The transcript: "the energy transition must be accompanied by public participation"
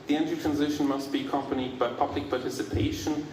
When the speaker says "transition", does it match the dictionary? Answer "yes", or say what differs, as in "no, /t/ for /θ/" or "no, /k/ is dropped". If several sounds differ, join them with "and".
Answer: yes